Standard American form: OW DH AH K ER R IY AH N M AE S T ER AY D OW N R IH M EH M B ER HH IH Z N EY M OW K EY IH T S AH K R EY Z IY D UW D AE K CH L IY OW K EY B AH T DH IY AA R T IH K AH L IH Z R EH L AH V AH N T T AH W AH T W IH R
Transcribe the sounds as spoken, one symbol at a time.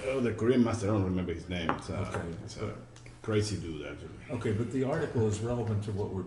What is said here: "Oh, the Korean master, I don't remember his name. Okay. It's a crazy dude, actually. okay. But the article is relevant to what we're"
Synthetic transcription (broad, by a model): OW DH AH K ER R IY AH N M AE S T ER D OW N R IH M EH M B ER HH IH Z N EY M OW K EY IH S K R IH S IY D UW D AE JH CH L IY OW K EY B AH T DH IY AA R T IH K L IH Z R EH L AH V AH N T T AH W AH T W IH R